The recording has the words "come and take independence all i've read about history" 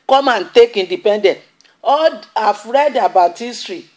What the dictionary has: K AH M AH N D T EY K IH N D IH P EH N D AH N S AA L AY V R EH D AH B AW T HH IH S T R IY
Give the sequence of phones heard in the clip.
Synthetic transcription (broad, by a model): K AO M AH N T EY K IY N D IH P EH N D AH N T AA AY F R EH D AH B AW T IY S T R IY